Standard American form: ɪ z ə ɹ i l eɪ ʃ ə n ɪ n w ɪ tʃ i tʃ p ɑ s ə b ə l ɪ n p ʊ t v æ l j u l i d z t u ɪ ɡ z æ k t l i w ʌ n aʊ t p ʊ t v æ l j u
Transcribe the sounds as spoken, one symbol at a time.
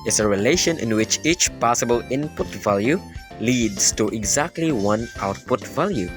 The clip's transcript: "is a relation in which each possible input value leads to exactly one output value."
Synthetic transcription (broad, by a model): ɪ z ə ɹ i l eɪ ʃ ə n ɪ n w ɪ tʃ i tʃ p ɑ s ə b ə l ɪ n p ʊ t v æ l j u l i d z t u ɪ ɡ z æ k t l i w ʌ n aʊ t p ʊ t v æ l j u